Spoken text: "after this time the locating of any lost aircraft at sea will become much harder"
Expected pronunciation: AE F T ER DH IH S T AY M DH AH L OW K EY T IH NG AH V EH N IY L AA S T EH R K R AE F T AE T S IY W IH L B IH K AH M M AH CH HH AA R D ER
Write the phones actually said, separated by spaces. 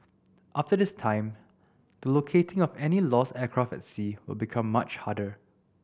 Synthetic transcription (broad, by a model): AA F T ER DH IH S T AY M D AH L OW K EY T IH NG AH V EH N IY L AA S EH K R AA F EH T S IY W IH L B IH K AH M M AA CH HH AA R D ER